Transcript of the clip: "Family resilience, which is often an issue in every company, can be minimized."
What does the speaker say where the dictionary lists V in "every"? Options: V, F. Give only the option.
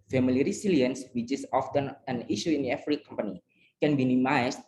F